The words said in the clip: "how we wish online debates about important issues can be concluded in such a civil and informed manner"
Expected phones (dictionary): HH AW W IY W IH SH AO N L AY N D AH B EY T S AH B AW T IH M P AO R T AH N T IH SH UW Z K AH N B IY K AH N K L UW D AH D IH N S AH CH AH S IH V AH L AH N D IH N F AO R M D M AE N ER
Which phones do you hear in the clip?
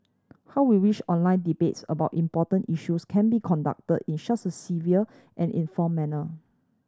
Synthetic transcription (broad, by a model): HH AW W IY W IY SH AO N L AY N D AH B EY T S AH B AW T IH M P AO T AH N T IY SH UW S K AH N B IY K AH N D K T AH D IH N SH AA S AH S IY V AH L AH N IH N F AO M M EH N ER